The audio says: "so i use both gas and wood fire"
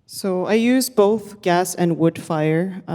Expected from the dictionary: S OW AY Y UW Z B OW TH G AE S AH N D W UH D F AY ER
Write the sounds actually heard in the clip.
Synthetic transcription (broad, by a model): S OW AY Y UW Z B OW TH G AE S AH N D W UH D F AY ER